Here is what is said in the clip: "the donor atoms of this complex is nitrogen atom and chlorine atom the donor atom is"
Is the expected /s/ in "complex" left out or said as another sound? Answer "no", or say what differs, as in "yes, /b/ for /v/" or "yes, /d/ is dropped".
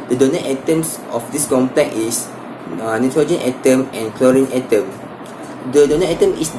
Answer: yes, /s/ is dropped